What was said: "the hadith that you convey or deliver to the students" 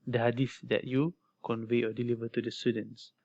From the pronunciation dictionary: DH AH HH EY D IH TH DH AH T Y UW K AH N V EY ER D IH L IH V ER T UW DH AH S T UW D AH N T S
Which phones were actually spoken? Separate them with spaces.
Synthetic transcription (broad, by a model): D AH HH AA D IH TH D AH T Y UW K AH N V EY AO D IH L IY V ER T UW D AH S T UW D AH N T S